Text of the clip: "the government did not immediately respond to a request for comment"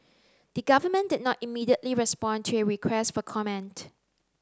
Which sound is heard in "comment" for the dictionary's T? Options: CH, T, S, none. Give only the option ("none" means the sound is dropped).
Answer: T